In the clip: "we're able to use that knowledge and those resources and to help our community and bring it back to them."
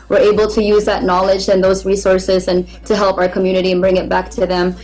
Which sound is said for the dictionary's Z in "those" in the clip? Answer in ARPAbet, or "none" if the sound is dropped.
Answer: Z